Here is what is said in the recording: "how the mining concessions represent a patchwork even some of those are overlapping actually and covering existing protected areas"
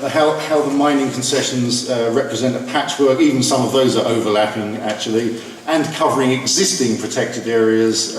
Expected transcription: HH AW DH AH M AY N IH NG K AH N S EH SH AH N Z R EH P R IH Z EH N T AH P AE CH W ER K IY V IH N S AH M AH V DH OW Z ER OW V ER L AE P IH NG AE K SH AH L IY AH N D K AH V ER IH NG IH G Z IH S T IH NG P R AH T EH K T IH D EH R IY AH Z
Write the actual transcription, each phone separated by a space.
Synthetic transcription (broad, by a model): HH AW DH AH M AY N IH NG K AH N S EH SH AH N Z R EH P R IH Z EH N T AH P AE CH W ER K IY V IH N S AH M AH V DH OW Z ER OW V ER L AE P IH NG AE K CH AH L IY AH N K AH V ER IH NG IH G Z IH S T IH NG P R AH T EH K T IH D EH R IY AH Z